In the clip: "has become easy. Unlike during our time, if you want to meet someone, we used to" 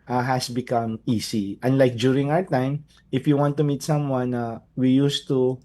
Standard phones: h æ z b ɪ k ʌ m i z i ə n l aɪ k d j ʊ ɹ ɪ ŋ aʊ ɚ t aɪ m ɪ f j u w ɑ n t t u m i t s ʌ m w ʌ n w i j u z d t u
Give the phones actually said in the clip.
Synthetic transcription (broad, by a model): h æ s b ɪ k ʌ m i s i ə n l aɪ k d j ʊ ɹ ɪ ŋ aʊ ɚ t aɪ m ɪ f j u w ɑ n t t u m i t s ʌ m w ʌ n w i j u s t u